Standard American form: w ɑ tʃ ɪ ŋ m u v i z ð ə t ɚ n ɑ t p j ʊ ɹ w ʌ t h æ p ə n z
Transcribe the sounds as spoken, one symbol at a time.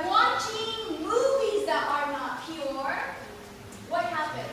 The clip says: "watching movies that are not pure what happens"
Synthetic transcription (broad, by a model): w ɑ tʃ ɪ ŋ m u v i z ð ə t ɚ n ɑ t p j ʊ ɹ w ʌ t h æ p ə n